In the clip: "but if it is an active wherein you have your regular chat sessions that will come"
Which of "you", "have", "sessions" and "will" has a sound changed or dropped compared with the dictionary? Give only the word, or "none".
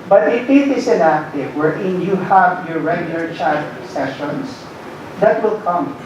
sessions